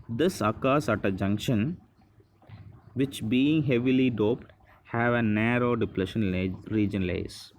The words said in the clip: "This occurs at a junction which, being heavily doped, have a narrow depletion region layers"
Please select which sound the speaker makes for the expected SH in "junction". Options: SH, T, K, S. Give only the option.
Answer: SH